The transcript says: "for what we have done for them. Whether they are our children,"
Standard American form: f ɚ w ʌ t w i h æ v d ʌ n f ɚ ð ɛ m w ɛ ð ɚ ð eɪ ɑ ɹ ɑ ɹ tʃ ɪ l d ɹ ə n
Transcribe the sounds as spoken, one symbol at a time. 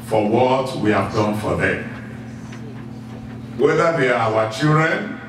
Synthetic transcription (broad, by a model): f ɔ w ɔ t w i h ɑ v d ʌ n f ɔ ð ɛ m w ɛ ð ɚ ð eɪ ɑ w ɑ tʃ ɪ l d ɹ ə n